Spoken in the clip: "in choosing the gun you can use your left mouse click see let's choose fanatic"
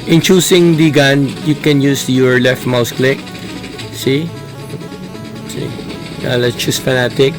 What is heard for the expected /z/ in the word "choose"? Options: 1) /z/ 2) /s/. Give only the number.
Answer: 2